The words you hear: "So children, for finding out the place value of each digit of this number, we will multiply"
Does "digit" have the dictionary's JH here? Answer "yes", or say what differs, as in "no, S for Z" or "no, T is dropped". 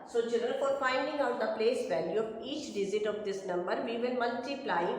no, Z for JH